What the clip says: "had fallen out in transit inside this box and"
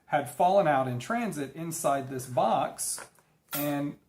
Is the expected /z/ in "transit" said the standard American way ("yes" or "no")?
yes